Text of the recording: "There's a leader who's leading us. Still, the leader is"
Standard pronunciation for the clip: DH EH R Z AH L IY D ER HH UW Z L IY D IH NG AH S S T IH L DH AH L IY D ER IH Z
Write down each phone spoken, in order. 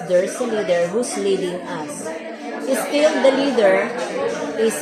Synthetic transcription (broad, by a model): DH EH R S AH L IY D ER HH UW S L IY D IH NG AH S S T IH L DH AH L IY D ER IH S